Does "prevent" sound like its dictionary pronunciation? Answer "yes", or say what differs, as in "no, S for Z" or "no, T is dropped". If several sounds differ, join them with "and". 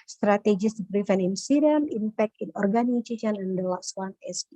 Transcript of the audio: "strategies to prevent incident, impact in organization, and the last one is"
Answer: no, T is dropped